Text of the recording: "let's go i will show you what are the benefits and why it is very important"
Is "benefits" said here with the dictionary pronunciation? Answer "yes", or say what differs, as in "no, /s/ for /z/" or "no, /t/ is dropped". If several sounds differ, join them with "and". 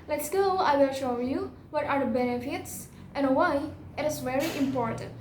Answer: yes